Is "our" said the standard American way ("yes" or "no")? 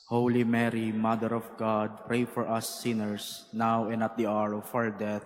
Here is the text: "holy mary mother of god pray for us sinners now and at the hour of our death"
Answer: yes